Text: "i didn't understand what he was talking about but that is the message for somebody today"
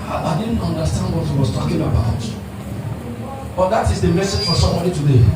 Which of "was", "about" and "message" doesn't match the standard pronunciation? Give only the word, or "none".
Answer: was